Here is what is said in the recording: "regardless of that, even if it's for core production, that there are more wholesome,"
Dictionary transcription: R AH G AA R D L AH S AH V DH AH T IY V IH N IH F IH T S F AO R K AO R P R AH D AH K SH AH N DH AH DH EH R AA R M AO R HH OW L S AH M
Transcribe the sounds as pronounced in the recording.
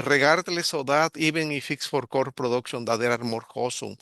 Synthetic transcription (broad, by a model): R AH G AA R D L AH S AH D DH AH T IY B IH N IH F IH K S F AO R K AO R P R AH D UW K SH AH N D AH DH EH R AA R M AO R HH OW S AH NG